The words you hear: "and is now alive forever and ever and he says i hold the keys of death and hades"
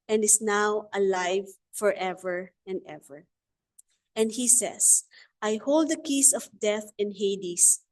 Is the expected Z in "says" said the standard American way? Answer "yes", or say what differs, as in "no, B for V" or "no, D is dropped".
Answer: no, S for Z